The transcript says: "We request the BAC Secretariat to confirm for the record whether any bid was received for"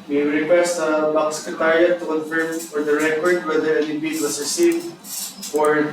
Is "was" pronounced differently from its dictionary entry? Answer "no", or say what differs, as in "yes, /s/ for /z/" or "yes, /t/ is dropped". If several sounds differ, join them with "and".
yes, /s/ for /z/